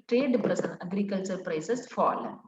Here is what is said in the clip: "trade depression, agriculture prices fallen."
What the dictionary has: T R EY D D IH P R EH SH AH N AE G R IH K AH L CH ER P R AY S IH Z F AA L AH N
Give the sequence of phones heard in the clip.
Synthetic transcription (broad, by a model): T R EY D D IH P R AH S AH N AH G R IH K AH L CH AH P R AY S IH S F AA L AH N